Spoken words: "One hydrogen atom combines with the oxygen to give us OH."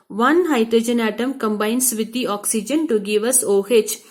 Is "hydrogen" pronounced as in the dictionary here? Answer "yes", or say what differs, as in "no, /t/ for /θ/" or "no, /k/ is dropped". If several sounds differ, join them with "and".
yes